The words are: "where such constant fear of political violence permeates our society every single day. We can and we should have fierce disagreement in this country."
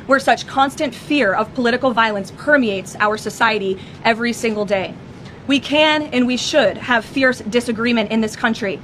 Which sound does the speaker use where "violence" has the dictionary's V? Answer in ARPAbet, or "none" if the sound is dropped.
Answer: V